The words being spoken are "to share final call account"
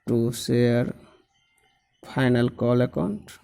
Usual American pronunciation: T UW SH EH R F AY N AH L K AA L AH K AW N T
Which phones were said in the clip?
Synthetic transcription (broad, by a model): T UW S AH R P AY N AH L K AA L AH K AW N T